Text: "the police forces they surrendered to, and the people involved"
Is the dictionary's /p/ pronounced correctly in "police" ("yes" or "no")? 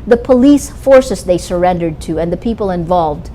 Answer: yes